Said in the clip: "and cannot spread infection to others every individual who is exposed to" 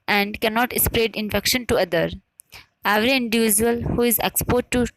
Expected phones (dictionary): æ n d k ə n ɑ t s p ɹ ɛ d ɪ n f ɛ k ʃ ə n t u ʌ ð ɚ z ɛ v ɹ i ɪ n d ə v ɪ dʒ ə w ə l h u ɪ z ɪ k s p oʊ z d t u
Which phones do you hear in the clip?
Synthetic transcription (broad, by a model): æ n d k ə n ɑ t s p ɹ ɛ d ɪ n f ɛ k ʃ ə n t u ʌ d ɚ ɛ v ɹ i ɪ n d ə v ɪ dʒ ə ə l h u ɪ z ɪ k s p oʊ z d t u